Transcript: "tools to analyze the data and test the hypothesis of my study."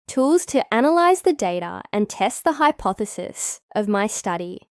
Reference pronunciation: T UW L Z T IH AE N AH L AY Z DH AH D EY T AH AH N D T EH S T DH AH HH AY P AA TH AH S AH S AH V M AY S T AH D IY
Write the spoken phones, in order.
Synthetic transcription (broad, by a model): T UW L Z T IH AE N AH L AY Z DH AH D EY T AH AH N T EH S T DH AH HH AY P AA TH AH S AH S AH V M AY S T AH D IY